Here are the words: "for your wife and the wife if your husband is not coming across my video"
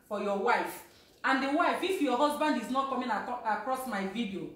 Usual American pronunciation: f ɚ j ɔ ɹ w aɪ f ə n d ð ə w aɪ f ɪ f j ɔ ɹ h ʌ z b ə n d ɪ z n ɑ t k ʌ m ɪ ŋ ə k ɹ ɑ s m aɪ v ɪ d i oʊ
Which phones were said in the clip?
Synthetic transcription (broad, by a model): f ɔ j ɔ w aɪ f ə n d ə w aɪ f ɪ f j ɔ h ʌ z b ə n d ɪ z n ɑ t k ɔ m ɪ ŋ ə k ɹ ɑ s m aɪ v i d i oʊ